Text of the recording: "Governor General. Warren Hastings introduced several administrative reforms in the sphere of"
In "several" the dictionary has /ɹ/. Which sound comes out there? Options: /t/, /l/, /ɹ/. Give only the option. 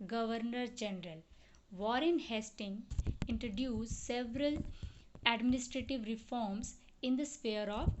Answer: /ɹ/